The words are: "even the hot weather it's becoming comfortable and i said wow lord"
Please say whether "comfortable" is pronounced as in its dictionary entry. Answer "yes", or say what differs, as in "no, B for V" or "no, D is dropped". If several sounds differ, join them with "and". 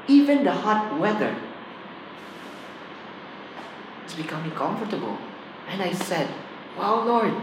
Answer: yes